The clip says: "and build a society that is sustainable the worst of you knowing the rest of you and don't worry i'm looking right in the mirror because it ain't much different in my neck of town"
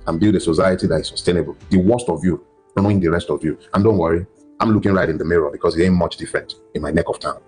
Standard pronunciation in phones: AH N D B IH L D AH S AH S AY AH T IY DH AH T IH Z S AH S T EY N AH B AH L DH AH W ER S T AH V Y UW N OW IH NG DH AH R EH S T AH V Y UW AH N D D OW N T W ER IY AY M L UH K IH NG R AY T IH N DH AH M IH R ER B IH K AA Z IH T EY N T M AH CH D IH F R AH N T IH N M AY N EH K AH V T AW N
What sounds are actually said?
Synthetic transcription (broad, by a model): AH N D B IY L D AH S AH S AY AH T IY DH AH T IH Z S AH S T EY N AH B AH L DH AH W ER S T AH V Y UW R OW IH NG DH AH R EH S T AH V Y UW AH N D D OW N T W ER IY AY M L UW K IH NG R AY T IH N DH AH M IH R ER B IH K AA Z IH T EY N M AH CH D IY F R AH N T IH N M AY N EH K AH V T AW N